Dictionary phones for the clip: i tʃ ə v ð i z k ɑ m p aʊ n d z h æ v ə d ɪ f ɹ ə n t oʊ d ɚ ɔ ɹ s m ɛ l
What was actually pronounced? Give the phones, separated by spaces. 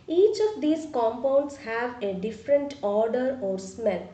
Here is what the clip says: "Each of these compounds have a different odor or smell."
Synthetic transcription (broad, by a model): i tʃ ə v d i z k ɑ m p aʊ n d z h æ v ə d ɪ f ɹ ə n t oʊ d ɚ ɔ ɹ s m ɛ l